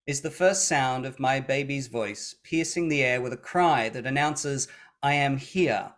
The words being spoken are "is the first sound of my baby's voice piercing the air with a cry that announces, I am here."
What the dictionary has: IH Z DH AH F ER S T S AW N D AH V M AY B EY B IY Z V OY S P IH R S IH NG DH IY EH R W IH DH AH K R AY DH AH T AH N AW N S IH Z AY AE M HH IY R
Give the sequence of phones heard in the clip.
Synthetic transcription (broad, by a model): IH Z DH AH F ER S T S AW N D AH V M AY B EY B IY Z V OY S P IH R S IH NG DH IY EH R W IH DH AH K R AY DH AH T AH N AW N S IH Z AY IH M HH IY R